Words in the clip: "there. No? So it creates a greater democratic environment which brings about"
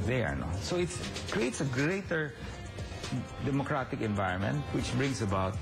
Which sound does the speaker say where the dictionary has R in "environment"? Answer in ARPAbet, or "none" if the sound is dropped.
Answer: R